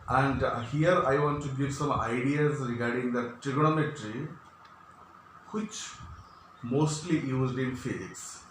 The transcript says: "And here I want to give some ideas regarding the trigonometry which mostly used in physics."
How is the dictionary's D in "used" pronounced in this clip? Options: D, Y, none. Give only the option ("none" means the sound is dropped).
D